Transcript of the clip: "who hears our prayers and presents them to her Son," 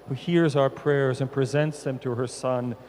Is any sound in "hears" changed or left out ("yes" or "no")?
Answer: no